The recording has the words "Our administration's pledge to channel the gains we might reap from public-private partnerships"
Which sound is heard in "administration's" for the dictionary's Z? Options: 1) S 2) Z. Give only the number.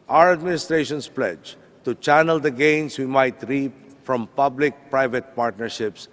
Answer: 1